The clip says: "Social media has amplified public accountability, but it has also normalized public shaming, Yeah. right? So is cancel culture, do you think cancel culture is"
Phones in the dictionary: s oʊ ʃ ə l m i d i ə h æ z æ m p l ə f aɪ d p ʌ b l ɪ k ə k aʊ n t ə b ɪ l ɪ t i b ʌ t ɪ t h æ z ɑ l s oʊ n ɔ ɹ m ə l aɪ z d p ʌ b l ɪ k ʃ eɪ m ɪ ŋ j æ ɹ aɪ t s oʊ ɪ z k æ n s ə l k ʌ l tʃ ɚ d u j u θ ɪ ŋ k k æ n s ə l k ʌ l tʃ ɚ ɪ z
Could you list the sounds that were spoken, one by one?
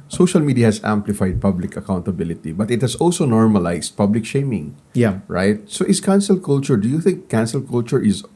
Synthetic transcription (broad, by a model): s oʊ ʃ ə l m i d i ə h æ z æ m p l ə f aɪ d p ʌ b l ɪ k ə k aʊ n t ə b ɪ l ɪ t i b ʌ t ɪ t h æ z ɑ l s oʊ n ɔ ɹ m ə l aɪ s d p ʌ b l ɪ k ʃ eɪ m ɪ ŋ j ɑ ɹ aɪ t s oʊ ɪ s k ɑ n s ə l k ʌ l tʃ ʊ d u j u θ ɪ ŋ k k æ n s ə l k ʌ l tʃ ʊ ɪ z